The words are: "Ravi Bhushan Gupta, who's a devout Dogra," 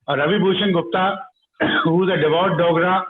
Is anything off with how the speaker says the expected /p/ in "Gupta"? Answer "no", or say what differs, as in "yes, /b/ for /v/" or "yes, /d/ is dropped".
no